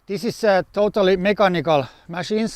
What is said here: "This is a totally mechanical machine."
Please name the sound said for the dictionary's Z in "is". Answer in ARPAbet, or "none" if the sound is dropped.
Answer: S